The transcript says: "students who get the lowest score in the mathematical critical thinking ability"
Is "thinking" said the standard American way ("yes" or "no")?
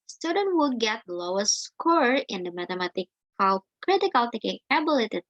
no